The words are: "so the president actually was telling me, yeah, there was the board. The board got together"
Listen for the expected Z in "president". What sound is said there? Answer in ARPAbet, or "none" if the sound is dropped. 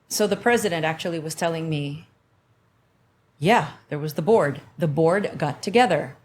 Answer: Z